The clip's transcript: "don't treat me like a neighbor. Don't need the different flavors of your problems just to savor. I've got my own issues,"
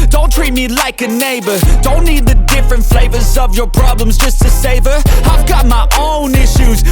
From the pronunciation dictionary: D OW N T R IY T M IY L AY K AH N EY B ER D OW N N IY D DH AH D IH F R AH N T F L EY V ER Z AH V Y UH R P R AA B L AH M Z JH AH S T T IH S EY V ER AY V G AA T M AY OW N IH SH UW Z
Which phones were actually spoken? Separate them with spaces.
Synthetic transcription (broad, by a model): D OW N T R IY T M IY L AY K AH N EY B ER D OW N N IY D DH AH D IH F R AH N T F L EY V ER Z AH V Y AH R P R AA B L AH M Z JH AH S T T IH S EY V ER AY V G AA T M AY OW N IH SH UW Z